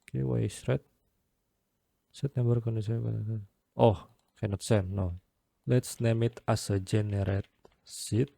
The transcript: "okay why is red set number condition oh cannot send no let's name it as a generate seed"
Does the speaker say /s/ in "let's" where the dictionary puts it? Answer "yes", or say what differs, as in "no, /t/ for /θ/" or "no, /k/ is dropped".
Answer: yes